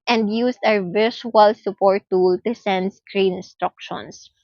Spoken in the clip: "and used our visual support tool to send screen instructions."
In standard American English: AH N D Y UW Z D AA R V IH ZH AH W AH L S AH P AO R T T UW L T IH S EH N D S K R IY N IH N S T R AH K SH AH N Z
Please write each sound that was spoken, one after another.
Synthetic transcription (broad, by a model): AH N D Y UW S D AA W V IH SH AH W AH L S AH P AO R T T UW L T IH S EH N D S K R IY N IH N S T R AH K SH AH N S